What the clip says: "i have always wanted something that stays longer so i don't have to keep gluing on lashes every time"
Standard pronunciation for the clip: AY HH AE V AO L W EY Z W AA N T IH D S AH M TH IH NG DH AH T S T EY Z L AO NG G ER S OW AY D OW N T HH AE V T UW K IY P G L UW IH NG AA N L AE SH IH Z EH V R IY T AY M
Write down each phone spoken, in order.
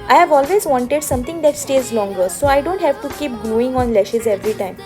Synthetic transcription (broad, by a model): AY HH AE V AO L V EY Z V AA N T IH D S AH M T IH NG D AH T S T EY Z L AO NG G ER S OW AY D OW N T HH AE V T UW K IY P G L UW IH NG AA N L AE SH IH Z EH V R IY T AY M